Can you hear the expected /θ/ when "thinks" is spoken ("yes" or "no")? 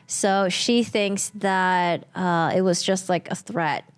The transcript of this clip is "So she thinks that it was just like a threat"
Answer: yes